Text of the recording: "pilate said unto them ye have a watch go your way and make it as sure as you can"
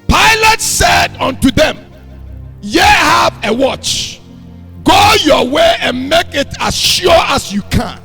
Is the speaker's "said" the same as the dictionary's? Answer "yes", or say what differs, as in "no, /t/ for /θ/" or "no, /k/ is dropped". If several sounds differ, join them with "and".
yes